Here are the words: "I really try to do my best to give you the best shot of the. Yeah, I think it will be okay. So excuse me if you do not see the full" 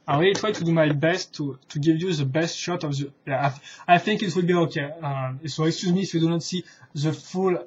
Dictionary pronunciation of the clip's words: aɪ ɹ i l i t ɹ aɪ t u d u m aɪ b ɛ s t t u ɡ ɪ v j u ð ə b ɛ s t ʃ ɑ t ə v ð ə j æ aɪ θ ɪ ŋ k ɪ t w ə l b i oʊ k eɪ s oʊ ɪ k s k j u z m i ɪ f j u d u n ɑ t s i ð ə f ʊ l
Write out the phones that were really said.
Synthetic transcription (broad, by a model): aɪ w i i t ɹ aɪ t u d u m aɪ b ɛ s t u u ɡ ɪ v j u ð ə b ɛ s t ʃ ɑ t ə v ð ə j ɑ aɪ θ ɪ ŋ k ɪ t w ə l b i oʊ k eɪ s oʊ ɪ k s k j u z m i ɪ f j u d u n ɑ t s i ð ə f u l